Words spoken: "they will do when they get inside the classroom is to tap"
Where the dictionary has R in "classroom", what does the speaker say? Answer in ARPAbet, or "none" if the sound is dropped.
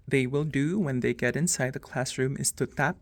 R